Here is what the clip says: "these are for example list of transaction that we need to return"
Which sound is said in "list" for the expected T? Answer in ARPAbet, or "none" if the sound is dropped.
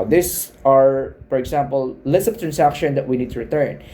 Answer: none